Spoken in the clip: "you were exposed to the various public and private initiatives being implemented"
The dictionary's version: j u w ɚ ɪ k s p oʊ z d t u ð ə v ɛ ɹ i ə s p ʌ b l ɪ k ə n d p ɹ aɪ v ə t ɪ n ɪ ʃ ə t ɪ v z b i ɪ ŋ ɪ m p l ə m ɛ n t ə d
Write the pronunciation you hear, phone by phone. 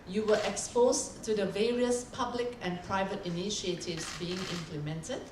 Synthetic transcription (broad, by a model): j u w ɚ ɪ k s p oʊ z t u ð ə v ɛ ɹ i ə s p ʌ b l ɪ k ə n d p ɹ aɪ v ə t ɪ n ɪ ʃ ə t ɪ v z b i ɪ ŋ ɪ m p l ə m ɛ n t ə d